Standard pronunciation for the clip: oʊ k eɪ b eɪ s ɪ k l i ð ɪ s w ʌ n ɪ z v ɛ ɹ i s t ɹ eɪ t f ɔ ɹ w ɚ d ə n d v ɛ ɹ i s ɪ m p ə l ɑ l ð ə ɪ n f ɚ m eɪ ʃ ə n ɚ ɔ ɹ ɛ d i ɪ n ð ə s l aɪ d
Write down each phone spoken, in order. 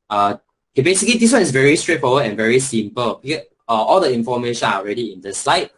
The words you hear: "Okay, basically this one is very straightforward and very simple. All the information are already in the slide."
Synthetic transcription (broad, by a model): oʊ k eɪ b eɪ s ɪ k l i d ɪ s w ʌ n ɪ s v ɛ ɹ i s t ɹ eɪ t f ɔ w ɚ ə n v ɛ ɹ i s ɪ m p ə l ɑ l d ə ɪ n f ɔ m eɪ ʃ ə n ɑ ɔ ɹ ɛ d i ɪ n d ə s l aɪ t